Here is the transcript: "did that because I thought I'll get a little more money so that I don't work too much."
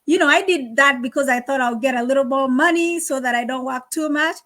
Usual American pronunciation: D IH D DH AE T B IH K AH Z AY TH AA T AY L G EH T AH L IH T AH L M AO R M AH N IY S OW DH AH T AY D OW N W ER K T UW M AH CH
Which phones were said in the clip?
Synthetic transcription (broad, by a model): D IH D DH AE T B IH K AH Z AY TH AA T AY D G EH T AH L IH T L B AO M AH N IY S OW DH AH T AY D OW N W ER K T UW M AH CH